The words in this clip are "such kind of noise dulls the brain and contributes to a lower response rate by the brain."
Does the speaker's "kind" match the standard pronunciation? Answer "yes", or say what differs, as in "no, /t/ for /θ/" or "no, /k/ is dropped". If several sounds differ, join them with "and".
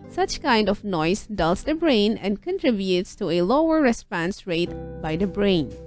yes